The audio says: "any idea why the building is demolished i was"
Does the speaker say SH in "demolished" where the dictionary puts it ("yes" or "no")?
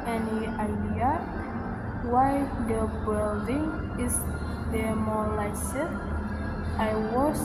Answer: no